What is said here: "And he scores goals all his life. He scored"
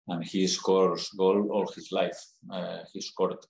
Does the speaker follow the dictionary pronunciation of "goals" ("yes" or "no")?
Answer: no